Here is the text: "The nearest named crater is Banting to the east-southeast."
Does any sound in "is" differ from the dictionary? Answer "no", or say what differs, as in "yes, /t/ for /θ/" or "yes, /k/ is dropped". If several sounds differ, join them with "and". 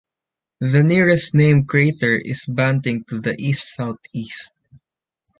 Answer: yes, /s/ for /z/